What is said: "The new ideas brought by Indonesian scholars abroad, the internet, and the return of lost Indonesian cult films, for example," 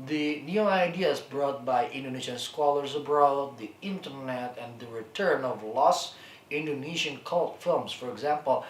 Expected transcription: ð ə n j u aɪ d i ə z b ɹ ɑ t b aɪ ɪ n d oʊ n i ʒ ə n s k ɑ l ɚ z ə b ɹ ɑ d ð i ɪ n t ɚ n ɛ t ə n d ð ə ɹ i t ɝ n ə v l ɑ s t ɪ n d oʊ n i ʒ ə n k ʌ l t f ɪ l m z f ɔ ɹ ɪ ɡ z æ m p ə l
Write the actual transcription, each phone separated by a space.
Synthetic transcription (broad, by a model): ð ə n j u aɪ d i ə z b ɹ ɑ t b aɪ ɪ n d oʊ n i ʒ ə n s k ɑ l ɚ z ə b ɹ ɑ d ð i ɪ n t ɚ n ɛ t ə n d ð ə ɹ i t ɝ n ə v l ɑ s ɪ n d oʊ n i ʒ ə n k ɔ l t f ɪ l m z f ɔ ɹ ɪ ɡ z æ m p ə l